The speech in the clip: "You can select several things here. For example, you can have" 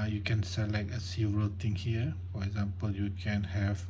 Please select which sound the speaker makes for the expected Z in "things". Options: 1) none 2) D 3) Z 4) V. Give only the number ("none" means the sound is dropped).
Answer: 1